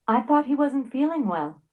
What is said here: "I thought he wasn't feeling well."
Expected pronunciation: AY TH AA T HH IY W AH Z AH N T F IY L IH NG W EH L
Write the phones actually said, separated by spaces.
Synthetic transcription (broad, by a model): AY TH AA T HH IY W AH Z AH N T F IY L IH NG W EH L